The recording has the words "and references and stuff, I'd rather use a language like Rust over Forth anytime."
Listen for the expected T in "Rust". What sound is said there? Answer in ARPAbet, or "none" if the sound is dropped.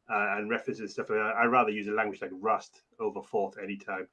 T